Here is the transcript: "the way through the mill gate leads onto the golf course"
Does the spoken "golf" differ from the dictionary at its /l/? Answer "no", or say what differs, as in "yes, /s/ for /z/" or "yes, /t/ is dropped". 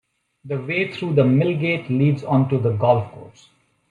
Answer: no